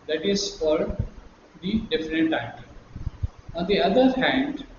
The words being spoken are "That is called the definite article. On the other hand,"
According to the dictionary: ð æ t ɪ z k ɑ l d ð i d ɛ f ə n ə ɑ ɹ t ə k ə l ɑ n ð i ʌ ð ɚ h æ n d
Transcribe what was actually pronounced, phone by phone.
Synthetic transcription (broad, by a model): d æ t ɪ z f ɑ d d i d ɛ f ə n ə t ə ə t ɑ n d i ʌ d ɚ h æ n d